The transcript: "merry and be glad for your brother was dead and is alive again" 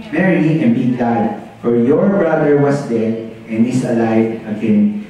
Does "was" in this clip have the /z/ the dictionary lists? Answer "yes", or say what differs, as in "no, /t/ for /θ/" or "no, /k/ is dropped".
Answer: no, /s/ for /z/